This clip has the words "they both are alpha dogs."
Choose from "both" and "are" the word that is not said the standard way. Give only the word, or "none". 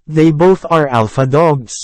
none